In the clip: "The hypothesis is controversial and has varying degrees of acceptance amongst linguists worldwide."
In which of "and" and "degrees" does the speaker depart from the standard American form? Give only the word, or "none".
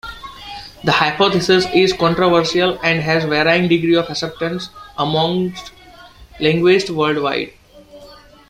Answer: degrees